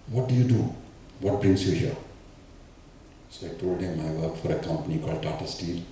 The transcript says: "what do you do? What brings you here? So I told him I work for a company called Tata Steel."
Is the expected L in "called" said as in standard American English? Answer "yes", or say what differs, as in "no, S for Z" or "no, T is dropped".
yes